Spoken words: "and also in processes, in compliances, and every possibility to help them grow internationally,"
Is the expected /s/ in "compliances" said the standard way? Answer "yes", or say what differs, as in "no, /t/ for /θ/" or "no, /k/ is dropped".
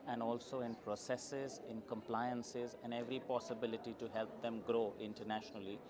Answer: yes